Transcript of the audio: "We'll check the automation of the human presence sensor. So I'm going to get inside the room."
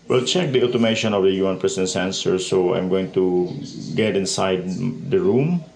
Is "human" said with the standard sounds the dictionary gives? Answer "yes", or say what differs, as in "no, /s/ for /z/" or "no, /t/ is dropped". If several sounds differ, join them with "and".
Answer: no, /m/ is dropped